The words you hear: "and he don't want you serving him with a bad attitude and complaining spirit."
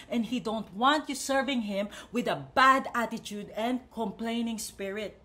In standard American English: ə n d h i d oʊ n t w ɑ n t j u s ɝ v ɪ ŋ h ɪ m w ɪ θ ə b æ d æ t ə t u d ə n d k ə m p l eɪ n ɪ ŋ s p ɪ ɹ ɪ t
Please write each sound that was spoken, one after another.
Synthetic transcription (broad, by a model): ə n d h i d oʊ n t w ɑ n t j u s ɝ v ɪ ŋ h ɪ m w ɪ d ə b æ d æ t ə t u d ə n d k ə m p l eɪ n ɪ ŋ s p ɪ ɹ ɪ t